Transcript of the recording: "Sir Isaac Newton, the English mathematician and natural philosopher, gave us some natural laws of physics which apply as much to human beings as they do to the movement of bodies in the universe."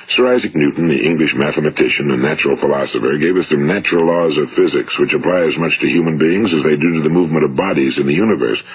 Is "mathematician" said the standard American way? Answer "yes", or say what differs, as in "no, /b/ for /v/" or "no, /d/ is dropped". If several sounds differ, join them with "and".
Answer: yes